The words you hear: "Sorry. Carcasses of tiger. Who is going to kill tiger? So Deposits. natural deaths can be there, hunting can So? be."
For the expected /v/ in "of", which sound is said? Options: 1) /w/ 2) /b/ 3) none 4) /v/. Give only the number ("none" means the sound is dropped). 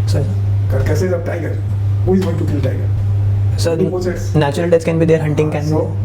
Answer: 2